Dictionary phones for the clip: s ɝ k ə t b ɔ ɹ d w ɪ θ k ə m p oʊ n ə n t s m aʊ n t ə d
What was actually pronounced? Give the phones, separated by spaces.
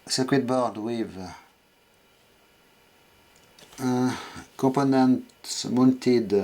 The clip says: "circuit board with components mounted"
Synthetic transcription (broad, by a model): s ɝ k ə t b ɔ ɹ d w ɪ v k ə p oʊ n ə n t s m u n t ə d